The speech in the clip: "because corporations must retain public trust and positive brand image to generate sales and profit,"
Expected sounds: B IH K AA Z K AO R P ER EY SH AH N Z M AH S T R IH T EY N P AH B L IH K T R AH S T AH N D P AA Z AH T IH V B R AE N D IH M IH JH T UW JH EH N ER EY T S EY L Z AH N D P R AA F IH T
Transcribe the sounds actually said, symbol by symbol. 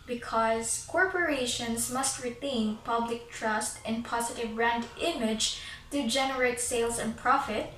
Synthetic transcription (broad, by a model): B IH K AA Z K AO R P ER EY SH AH N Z M AH S T R IH T EY N P AH B L IH K T R AH S T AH N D P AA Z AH T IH V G R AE N D IH M IH JH T UW JH EH N ER EY T S EY L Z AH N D P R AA F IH T